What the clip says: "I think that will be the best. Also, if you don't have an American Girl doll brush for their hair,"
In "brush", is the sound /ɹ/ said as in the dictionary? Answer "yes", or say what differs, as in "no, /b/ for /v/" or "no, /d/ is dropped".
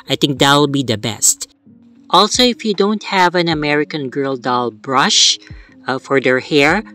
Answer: yes